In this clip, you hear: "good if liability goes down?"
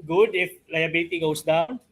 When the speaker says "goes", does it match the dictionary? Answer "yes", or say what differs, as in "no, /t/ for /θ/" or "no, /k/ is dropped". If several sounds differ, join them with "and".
no, /s/ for /z/